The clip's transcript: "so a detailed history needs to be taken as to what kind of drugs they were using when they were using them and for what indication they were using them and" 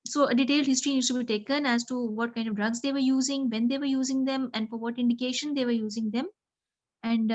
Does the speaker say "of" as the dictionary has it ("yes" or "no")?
yes